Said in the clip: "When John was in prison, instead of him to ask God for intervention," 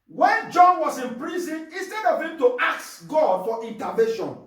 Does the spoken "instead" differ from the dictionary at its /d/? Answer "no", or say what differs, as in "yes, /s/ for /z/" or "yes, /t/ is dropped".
no